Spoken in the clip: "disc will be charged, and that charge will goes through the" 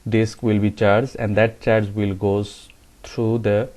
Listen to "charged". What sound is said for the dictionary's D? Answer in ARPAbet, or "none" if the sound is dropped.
none